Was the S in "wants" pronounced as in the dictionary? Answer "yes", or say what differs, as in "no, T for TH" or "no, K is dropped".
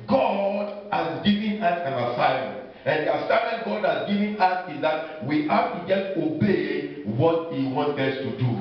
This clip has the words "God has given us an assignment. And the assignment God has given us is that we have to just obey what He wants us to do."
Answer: no, S is dropped